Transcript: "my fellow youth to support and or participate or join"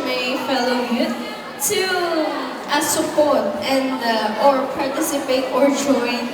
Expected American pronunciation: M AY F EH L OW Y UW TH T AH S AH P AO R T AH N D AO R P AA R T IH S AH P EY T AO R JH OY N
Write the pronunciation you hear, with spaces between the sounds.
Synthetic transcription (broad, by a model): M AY F EH L OW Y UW T T AH S AH P AO R T AH N D AO R P AA R T IH S AH P EY T AO R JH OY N